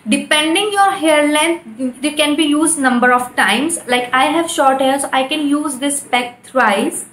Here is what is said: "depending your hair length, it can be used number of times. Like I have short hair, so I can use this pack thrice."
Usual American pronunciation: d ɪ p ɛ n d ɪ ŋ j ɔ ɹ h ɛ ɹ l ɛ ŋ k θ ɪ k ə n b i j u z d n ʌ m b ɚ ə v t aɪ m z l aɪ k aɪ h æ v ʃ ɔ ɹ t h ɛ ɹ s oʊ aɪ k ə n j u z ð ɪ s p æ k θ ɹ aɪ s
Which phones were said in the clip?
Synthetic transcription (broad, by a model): d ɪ p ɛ n d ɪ ŋ j ɔ ɹ h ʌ ɹ l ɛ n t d ɪ k ə n b i j u z d n ʌ m b ɚ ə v t aɪ m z l aɪ k aɪ h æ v ʃ ɔ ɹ t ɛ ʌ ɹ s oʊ aɪ k ə n j u z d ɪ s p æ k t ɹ aɪ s